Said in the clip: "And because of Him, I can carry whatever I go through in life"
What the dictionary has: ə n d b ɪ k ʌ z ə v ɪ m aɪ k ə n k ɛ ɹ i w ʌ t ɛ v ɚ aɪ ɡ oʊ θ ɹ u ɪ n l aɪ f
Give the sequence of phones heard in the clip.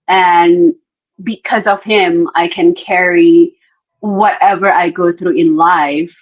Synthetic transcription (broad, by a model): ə n b ɪ k ʌ z ə v ɪ m aɪ k ə n k ɛ ɹ i w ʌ t ɛ v ɚ aɪ ɡ oʊ θ ɹ u ɪ n l aɪ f